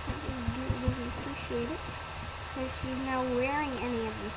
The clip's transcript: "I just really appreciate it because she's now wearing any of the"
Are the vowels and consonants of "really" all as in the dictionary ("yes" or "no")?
no